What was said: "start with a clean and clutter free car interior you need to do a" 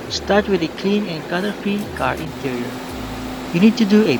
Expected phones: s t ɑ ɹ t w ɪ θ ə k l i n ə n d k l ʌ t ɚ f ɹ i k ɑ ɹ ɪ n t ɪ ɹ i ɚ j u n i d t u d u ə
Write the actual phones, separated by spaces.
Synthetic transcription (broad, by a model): s t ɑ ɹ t w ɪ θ ə k l i n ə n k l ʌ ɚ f i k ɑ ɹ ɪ n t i ɹ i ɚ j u n i d t u d u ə